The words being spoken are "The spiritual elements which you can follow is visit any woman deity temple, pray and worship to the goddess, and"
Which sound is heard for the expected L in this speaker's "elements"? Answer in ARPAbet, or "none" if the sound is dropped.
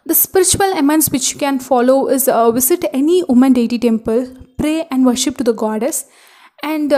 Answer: none